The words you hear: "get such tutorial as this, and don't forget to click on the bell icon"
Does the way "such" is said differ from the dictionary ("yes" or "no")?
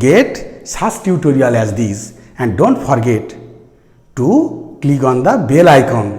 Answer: yes